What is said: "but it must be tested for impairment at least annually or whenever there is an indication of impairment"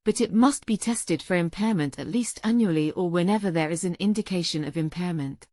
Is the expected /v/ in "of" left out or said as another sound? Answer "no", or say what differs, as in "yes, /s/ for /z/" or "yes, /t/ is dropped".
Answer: no